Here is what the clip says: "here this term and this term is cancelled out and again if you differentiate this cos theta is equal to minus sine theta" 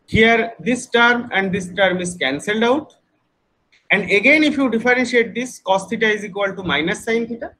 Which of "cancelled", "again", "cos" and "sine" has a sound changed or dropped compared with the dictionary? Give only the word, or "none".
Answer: none